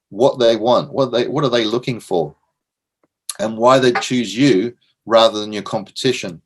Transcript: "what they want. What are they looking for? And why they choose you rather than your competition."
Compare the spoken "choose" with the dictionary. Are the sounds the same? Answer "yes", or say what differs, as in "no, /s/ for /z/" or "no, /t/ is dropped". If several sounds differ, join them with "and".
yes